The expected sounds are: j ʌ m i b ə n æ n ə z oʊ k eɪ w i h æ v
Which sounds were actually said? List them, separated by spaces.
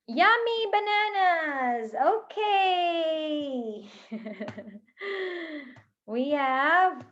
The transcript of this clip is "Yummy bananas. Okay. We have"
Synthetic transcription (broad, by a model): j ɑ m i b ə n æ n ə z oʊ k eɪ w i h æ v